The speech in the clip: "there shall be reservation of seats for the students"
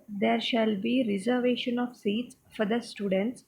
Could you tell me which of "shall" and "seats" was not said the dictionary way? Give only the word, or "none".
none